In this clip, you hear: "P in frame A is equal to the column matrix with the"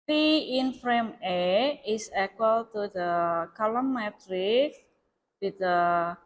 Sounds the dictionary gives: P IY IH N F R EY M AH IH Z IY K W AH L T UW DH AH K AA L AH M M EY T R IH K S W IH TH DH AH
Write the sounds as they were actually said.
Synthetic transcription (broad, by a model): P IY IH N F R EY M AH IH S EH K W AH L T UW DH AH K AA L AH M M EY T R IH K W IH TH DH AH